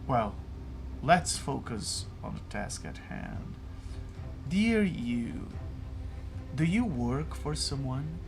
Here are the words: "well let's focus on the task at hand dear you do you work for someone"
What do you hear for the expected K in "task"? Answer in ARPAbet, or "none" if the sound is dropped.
K